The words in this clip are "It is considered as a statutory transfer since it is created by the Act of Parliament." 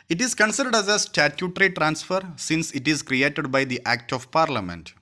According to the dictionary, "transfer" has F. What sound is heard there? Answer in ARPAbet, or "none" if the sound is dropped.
F